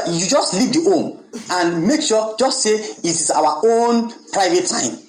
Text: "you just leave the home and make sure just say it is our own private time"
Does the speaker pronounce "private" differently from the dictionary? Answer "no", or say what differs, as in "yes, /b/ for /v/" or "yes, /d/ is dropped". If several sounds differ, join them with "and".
no